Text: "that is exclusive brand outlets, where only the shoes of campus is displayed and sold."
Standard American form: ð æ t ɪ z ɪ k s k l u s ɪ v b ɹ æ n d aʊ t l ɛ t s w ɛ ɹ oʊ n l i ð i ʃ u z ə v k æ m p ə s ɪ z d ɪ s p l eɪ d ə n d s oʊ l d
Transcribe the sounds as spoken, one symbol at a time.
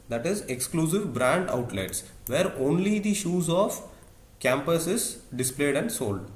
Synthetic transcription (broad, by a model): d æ t ɪ z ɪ k s k l u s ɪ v b ɹ æ n d aʊ t l ɛ t s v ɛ ɹ oʊ n l i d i ʃ u z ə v k æ m p ə s ɪ z d ɪ s p l eɪ d ə n d s oʊ l d